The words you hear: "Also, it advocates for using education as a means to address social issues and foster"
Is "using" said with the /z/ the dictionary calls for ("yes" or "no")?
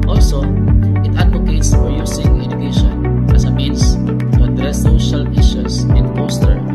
no